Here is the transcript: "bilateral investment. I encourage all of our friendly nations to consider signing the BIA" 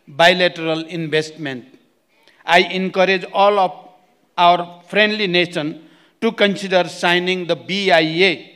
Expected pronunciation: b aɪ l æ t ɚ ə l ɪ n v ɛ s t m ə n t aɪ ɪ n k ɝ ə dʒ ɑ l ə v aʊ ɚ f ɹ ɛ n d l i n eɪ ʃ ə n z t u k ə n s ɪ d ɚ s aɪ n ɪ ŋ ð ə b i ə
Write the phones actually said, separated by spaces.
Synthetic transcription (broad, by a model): b aɪ l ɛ t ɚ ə l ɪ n b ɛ s t m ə n t aɪ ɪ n k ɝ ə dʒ ɑ l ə p aʊ ɚ p ɹ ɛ n d l i n eɪ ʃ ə n t u k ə n s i d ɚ s aɪ n ɪ ŋ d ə b i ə